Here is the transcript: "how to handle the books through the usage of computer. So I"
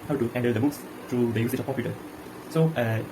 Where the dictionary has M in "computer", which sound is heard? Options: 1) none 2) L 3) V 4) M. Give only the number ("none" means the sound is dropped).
1